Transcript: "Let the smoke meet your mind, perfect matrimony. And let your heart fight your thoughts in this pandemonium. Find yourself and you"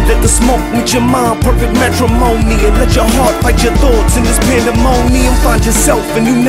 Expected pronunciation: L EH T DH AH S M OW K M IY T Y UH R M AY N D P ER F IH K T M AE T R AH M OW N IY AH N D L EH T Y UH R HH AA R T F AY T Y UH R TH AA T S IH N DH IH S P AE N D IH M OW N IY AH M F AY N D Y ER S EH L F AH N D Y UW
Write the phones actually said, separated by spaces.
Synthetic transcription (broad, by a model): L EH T DH AH S M OW K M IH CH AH R M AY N P ER F IH K T M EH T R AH M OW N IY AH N L EH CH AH R HH AA R T P AY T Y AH R TH AA T S IH N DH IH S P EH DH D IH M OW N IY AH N F AY N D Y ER S EH L F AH N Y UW